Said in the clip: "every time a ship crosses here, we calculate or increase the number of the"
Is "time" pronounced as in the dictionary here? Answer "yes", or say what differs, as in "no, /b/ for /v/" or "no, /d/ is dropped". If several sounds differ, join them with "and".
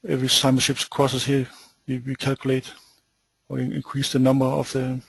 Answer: no, /s/ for /t/